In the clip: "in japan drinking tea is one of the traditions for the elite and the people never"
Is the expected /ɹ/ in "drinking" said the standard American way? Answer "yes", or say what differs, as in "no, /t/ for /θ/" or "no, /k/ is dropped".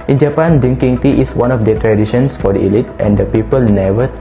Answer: no, /ɹ/ is dropped